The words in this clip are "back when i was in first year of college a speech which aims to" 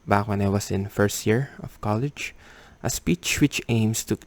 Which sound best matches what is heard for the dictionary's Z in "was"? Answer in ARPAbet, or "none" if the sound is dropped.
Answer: S